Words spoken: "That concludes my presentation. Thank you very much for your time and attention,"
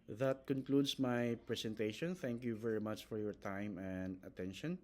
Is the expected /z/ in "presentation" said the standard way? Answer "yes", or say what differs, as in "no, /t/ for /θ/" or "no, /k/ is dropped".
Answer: no, /s/ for /z/